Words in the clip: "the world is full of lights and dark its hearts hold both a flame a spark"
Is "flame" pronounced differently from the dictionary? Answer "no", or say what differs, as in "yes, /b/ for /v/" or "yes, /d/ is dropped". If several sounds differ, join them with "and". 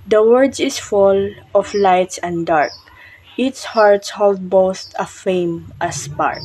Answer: yes, /l/ is dropped